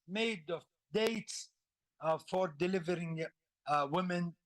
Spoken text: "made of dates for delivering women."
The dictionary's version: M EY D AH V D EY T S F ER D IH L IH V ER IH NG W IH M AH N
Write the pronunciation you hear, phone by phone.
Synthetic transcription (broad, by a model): M EY D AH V D EY T S F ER D IH L IH V ER IH NG W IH M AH N